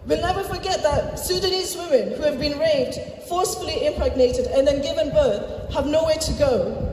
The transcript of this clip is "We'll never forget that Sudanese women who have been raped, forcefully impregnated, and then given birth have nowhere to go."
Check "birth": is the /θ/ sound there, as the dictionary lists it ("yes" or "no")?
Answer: yes